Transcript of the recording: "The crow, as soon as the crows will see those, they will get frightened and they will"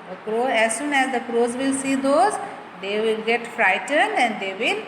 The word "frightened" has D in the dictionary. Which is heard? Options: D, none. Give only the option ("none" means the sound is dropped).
D